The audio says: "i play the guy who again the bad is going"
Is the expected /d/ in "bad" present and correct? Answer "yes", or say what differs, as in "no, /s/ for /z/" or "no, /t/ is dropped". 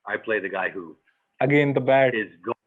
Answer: no, /d/ is dropped